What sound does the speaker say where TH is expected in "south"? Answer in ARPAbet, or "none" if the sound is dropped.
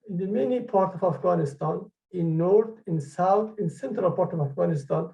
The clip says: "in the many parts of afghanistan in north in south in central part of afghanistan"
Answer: T